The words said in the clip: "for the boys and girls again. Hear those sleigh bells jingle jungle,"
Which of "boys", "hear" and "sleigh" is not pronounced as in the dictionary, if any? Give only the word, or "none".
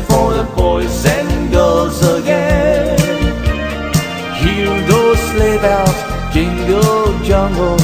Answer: boys